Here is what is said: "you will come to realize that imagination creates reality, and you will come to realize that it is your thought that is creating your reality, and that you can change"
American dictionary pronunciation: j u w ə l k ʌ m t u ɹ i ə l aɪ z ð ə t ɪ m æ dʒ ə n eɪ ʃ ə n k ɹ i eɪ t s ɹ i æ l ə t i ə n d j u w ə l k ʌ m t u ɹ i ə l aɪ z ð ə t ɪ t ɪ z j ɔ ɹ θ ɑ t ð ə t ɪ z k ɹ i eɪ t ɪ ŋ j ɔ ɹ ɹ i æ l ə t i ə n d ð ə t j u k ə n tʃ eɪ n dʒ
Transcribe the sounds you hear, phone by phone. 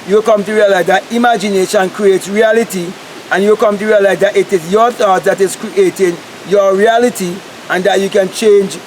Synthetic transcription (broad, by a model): j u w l k ʌ m t u ɹ i ə l aɪ z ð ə t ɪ m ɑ dʒ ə n eɪ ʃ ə n k ɹ i eɪ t ɹ i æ l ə t i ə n j u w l k ʌ m t u ɹ i ə l aɪ z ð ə t ɪ t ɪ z j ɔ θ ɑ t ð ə t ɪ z k ɹ i eɪ t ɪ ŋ j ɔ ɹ ɹ i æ l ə t i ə n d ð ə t j u k ə n tʃ eɪ n dʒ